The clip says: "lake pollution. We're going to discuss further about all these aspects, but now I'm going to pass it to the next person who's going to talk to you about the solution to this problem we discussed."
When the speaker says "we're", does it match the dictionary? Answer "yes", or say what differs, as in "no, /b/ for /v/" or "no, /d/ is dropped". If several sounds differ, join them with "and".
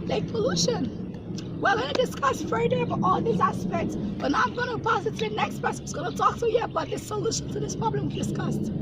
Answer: no, /l/ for /ɹ/